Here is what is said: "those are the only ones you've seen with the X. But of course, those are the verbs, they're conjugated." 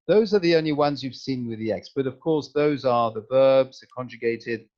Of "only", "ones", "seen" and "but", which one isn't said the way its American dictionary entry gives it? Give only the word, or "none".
none